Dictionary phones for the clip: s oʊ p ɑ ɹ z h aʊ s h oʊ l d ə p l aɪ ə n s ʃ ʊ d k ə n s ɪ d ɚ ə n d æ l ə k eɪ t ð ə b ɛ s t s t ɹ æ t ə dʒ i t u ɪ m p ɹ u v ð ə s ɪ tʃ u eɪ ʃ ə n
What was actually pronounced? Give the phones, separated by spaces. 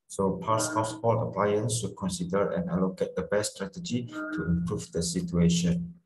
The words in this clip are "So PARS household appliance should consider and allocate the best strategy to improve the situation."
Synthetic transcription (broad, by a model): s oʊ p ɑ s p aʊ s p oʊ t ə p l aɪ ə n s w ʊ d k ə n s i d ɚ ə n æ l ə k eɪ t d ə b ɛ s s t ɹ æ t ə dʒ i t u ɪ m p ɹ u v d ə s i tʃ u eɪ ʃ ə n